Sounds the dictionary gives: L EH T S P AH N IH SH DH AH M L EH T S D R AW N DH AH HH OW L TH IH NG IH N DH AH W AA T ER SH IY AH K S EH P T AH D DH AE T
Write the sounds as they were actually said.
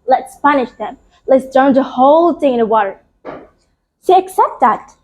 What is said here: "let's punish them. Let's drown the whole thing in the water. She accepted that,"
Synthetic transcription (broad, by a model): L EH T S P AH N IH SH DH AH M L EH T S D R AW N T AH HH OW L TH IH NG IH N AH W AA T ER S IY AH K S EH P T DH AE T